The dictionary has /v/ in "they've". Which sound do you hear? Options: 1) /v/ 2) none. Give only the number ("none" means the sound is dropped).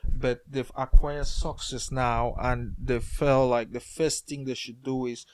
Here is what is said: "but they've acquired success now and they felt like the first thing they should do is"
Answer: 2